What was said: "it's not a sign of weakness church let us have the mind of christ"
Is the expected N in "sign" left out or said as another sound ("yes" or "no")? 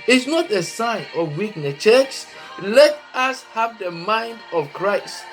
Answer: no